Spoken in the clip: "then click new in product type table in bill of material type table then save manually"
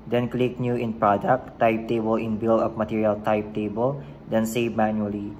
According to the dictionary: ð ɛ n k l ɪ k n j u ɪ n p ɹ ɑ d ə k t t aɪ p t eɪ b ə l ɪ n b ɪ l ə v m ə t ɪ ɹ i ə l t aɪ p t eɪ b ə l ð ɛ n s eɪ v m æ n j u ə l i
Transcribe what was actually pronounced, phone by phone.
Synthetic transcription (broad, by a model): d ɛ n k l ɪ k n j u ɪ n p ɹ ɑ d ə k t t aɪ p t eɪ b ə l ɪ n b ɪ l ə p m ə t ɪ ɹ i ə l t aɪ p t eɪ b ə l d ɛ n s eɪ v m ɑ n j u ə l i